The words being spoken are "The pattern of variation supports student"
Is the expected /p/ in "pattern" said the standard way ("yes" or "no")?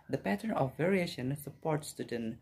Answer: yes